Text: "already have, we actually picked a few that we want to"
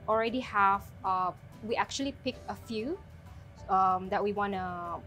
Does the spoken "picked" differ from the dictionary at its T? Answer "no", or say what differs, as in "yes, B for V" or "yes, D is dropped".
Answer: yes, T is dropped